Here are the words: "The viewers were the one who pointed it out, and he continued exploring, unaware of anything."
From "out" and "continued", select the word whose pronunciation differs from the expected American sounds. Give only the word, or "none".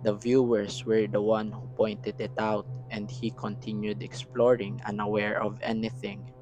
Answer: none